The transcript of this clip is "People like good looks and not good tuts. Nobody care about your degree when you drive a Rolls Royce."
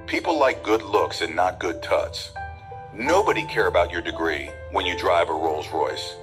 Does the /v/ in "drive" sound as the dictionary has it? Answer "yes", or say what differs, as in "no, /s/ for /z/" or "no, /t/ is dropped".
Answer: yes